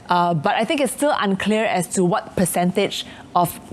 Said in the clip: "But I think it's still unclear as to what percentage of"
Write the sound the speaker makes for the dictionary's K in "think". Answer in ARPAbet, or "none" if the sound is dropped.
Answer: K